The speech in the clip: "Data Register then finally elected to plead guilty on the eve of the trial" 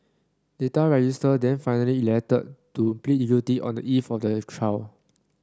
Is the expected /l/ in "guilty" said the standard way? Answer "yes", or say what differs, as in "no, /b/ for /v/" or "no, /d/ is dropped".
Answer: no, /l/ is dropped